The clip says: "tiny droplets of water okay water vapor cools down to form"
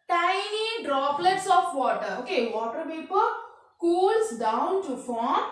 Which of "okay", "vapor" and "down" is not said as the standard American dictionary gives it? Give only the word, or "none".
vapor